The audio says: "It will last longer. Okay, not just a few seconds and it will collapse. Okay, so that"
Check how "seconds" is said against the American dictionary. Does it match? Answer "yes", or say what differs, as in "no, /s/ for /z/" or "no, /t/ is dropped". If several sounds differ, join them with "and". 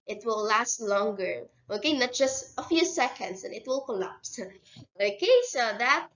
no, /s/ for /z/